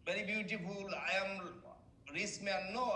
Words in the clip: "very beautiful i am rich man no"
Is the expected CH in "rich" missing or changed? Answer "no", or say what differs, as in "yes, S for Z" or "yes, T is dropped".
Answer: yes, S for CH